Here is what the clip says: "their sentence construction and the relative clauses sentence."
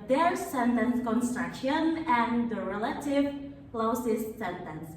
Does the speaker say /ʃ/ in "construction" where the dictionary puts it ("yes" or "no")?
yes